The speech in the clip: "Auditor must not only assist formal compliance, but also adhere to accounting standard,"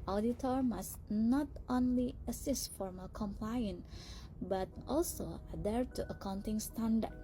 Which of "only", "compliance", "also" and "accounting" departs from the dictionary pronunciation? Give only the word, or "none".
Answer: compliance